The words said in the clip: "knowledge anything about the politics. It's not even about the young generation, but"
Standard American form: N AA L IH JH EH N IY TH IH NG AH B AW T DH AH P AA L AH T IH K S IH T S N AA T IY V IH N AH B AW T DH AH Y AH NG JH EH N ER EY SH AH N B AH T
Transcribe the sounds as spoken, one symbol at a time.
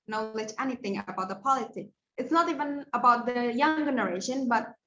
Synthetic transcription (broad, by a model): N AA L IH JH EH N IY TH IH NG AH B AW T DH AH P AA L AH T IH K IH T S N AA T IY V IH N AH B AW T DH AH Y AH NG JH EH N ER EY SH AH N B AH T